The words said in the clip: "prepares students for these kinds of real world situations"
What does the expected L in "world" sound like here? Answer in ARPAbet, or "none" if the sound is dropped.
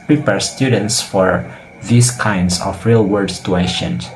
none